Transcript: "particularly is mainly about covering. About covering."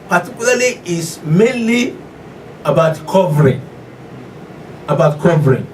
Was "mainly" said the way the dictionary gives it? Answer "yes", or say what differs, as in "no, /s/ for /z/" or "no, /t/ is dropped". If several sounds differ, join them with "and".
yes